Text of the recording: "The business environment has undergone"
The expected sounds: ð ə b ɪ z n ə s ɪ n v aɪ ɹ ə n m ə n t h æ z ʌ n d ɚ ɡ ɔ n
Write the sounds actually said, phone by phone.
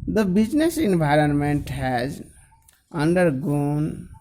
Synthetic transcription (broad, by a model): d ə b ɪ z n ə s ɪ n v aɪ ɹ ə n m ə n t h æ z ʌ n d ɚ ɡ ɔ n